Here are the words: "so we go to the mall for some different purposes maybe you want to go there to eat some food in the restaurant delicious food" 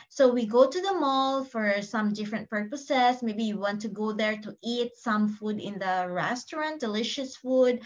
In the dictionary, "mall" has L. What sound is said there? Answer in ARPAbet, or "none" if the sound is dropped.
L